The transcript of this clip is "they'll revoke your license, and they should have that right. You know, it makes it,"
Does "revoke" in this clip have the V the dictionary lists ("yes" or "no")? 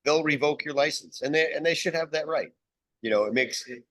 yes